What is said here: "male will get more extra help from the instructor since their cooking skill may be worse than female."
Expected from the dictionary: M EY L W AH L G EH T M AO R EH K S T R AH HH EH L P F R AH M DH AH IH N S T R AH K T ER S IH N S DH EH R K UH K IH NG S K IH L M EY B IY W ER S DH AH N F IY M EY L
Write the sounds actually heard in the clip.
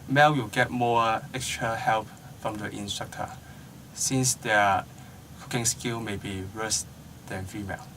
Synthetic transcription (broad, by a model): M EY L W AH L G EH T M AO EH K S T R AH HH EH L P F R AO M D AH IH N S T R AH K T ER S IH N S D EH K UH K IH NG S K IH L M EY B IY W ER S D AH N F IY M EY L